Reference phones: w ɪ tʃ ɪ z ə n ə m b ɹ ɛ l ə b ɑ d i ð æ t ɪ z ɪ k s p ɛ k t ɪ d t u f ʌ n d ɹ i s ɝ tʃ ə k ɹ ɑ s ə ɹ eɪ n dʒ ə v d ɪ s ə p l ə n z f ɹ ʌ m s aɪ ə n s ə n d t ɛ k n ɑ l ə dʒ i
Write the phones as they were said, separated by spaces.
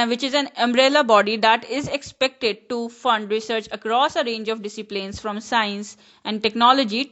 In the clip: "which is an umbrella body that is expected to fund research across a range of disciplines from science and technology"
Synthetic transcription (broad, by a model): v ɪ tʃ ɪ z ə n ə m b ɹ ɛ l ə b ɑ d i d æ t ɪ z ɪ k s p ɛ k t ɪ d t u f ʌ n d ɹ i s ɝ tʃ ə k ɹ ɑ s ə ɹ eɪ n dʒ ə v d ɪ s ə p l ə n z f ɹ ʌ m s aɪ ə n s ə n d t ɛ k n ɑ l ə dʒ i